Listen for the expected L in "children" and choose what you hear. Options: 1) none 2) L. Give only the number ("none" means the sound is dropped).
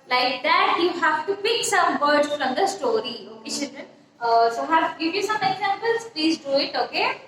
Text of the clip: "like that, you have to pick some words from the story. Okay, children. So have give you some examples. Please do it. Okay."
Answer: 1